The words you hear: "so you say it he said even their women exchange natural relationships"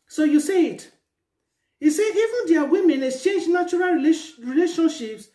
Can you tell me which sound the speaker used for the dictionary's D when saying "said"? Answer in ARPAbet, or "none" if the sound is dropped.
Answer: none